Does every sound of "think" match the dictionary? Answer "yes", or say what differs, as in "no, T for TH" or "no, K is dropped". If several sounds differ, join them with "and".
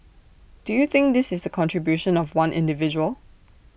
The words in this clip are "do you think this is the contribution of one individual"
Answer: yes